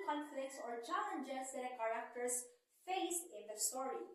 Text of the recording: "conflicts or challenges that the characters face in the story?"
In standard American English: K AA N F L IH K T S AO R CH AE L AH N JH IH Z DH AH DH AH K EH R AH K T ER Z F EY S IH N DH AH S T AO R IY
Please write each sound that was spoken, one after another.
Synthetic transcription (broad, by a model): K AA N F L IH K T S AO R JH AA N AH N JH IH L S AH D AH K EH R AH K T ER S F EY S IH N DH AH S T AO R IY